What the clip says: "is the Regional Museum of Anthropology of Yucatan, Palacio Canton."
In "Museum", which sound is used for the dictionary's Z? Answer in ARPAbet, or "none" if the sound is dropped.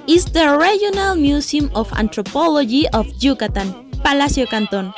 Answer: S